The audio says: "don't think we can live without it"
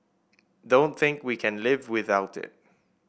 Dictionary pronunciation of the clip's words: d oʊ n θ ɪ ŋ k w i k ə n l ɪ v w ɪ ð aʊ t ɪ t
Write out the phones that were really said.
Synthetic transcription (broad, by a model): d oʊ n θ ɪ ŋ k w i k ə n l ɪ v w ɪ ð aʊ t ɪ t